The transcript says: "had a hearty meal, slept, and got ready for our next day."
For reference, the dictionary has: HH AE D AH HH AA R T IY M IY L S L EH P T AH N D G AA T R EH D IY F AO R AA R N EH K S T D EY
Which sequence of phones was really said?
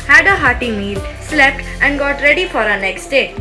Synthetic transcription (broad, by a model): HH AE D AH HH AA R T IY M IY L S L EH P T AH N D G AA T R EH D IY F AO R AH N EH K S T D EY